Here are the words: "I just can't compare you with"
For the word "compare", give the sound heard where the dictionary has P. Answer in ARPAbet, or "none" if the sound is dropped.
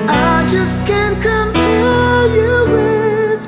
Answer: F